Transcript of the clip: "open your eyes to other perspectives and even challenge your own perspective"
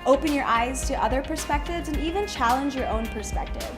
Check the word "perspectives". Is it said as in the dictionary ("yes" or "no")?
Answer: yes